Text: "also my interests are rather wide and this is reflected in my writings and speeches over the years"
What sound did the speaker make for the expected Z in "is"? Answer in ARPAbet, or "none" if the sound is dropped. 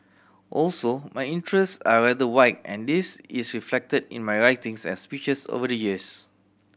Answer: S